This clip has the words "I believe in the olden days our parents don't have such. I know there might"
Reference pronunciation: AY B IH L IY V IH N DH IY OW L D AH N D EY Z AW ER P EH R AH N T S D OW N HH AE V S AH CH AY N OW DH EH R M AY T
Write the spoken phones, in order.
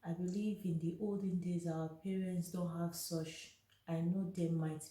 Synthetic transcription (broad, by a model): AY B IH L IY V IH N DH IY OW L D AH N D EY Z AW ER P EH R AH N T S D OW N HH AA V S AH CH AY N OW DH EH M AY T